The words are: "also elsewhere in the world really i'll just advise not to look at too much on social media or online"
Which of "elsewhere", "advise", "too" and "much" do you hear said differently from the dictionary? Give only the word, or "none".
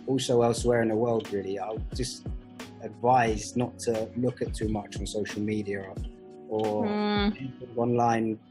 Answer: none